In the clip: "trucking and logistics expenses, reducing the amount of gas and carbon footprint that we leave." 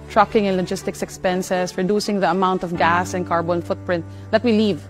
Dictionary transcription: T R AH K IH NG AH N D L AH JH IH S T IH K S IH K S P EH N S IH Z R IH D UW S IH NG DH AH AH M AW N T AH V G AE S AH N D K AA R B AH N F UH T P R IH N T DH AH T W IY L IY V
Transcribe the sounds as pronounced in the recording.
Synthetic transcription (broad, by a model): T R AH K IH NG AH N L AH JH IH S T IH K S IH K S P EH N S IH S R IH D UW S IH NG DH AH AH M AW N T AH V G AE S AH N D K AA R B AH N F UH T P R IH N T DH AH T W IY L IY V